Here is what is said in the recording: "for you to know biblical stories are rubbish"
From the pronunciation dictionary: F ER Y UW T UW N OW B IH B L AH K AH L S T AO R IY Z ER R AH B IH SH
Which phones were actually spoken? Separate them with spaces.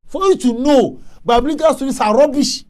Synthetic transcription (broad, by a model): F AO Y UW T UW N OW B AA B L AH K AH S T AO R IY S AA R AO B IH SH